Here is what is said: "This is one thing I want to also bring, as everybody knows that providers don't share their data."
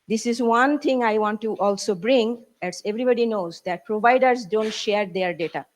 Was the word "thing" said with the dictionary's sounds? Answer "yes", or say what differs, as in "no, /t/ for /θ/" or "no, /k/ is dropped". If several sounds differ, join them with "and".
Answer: no, /t/ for /θ/